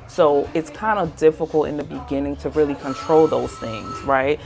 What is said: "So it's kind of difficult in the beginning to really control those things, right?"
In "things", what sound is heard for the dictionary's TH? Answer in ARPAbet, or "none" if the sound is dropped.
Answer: TH